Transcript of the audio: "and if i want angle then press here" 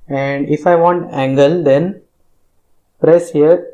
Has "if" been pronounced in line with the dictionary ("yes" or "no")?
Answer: yes